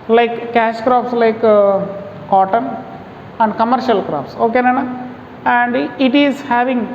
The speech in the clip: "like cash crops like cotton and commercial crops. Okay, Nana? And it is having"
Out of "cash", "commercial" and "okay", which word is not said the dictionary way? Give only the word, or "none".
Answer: none